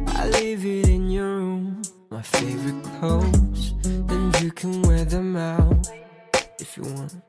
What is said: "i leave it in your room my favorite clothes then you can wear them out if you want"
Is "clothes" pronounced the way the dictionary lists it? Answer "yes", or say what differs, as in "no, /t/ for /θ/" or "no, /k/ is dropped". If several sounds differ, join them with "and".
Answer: no, /l/ is dropped